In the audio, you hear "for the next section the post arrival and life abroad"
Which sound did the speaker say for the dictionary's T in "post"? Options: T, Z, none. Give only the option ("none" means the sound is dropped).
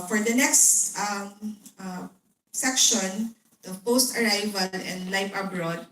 T